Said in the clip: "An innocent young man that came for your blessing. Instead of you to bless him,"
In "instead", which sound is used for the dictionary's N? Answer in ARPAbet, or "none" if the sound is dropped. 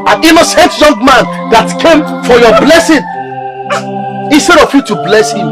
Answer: N